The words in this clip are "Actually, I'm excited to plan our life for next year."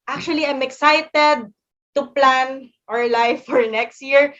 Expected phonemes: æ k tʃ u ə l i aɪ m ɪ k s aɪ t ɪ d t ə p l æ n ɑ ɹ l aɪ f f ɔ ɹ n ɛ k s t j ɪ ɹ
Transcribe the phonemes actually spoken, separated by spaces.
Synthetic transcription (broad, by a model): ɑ k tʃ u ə l i aɪ m ɪ k s aɪ t ɪ d t ə p l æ n ɑ ɹ l aɪ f f ɔ ɹ n ɛ k s t j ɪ ɹ